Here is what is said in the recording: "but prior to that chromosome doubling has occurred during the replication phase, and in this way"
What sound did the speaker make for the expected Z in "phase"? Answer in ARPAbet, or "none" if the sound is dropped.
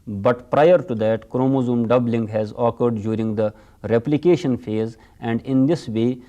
Z